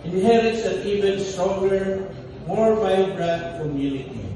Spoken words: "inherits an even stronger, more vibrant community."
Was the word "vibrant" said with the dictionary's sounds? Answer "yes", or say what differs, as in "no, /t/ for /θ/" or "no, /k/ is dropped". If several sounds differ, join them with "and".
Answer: no, /b/ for /v/